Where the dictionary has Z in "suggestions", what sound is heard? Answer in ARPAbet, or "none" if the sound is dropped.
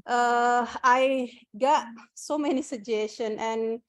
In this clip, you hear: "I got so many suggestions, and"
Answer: none